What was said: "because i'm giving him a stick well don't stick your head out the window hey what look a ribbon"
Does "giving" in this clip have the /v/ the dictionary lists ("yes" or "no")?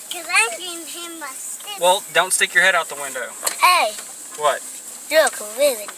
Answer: no